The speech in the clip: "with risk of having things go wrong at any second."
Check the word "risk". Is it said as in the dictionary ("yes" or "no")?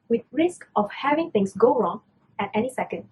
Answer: yes